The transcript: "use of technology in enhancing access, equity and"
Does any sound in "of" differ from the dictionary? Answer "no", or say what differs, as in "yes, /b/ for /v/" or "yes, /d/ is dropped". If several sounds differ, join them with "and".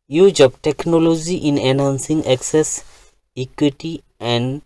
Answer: yes, /p/ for /v/